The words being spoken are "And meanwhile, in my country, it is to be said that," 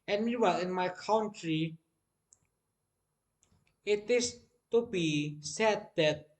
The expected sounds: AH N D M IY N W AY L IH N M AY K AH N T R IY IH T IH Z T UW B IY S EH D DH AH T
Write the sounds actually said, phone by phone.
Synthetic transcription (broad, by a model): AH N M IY W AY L IH N M AY K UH N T R IY IH T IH S T UW B IY S EH D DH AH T